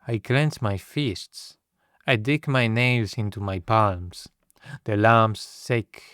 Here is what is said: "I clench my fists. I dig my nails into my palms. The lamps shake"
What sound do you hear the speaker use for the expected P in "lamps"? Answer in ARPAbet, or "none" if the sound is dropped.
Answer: none